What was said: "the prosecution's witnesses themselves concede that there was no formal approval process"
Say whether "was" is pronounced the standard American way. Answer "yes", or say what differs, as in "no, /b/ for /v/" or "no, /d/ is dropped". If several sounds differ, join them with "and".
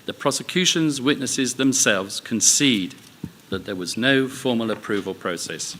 yes